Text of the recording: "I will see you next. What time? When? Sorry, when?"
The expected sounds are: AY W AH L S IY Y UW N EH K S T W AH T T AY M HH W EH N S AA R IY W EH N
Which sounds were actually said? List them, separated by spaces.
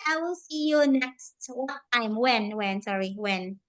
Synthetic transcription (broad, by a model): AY W AH L S IY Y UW N EH K S T W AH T T AY M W W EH N S AA R IY W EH N